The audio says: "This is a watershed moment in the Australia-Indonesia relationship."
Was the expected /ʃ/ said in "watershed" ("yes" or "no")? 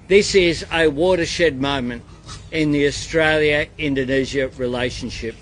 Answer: yes